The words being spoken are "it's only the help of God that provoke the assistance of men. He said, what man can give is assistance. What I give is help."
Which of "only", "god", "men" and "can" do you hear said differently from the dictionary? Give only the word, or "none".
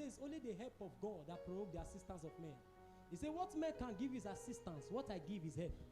none